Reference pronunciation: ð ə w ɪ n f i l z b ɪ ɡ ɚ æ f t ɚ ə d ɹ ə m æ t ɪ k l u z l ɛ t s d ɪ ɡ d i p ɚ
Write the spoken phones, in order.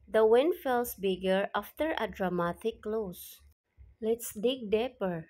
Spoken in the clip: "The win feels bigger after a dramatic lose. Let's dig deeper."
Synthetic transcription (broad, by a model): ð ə w ɪ n f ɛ l s b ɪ ɡ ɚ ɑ f t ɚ ə d ɹ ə m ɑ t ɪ k l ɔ s l ɛ t s d ɪ ɡ d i p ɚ